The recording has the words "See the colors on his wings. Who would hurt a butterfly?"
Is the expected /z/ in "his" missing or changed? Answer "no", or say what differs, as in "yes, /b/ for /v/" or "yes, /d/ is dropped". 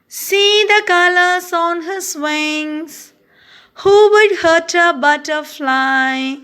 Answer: yes, /s/ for /z/